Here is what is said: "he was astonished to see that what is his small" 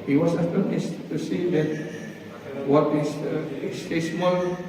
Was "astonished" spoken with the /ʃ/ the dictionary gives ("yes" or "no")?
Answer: no